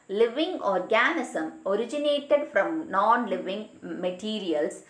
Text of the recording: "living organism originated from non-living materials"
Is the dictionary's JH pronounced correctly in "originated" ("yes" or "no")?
yes